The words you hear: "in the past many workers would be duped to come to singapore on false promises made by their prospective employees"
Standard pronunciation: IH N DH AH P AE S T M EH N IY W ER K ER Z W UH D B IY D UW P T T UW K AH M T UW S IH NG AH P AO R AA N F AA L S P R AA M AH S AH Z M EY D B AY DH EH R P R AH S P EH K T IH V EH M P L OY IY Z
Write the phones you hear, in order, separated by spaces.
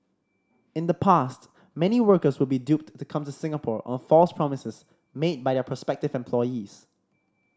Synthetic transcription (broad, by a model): IH N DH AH P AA S T M EH N IY W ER K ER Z W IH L B IY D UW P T T UW K AH M T UW S IH NG AH P AO R AA N F AA L S P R AA M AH S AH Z M EY D B AY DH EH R P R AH S P EH K T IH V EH M P L OY IY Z